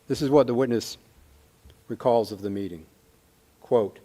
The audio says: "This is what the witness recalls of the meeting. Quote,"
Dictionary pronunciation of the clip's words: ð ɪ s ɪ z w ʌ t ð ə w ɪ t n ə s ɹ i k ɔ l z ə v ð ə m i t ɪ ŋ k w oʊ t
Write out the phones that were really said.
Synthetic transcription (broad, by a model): ð ɪ s ɪ z w ʌ t ð ə w ɪ t n ə s ɹ i k ɔ l z ə v ð ə m i t ɪ ŋ k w oʊ t